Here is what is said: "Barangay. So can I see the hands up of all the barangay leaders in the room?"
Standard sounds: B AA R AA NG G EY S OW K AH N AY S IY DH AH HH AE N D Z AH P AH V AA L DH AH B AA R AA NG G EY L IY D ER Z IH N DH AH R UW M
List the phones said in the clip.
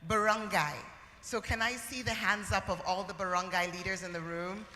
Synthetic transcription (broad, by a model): B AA R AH NG G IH S OW K AH N AY S IY DH AH HH AE N D Z AH P AH V AA L DH AH B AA R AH NG G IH L IY D ER Z IH N DH AH R UW M